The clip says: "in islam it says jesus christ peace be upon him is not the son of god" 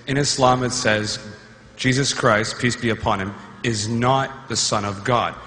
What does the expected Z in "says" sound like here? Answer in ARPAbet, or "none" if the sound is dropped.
Z